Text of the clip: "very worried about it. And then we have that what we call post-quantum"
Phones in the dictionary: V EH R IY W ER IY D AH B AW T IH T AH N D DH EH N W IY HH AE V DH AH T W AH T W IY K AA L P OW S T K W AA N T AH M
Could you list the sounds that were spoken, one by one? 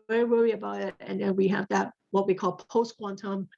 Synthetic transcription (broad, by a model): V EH R IY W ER IY AH B AW T IH T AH N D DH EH N W IY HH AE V DH AH T W AH T W IY K AA L P OW S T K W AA N T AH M